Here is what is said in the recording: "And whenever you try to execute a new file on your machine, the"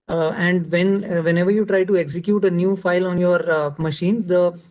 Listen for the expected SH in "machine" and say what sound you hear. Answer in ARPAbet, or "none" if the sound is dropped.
SH